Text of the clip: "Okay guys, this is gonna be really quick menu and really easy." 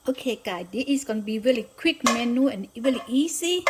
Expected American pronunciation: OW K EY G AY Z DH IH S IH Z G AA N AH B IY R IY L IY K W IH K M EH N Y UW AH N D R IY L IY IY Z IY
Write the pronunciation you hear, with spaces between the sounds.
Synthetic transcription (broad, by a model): OW K EY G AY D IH IH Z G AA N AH B IY R IY L IY K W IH K M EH N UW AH N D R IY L IY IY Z IY